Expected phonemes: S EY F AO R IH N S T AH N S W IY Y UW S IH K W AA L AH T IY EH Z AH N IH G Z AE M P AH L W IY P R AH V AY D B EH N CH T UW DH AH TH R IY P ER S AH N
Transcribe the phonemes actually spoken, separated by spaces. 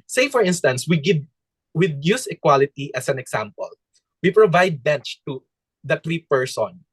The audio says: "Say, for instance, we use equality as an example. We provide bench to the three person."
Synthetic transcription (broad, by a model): S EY F AO R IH N S T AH N S W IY Y UW S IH K W AA L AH T IY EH S AH N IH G S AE M P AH L W IY P R AH V AY D B EH N CH T UW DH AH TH R IY P ER S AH N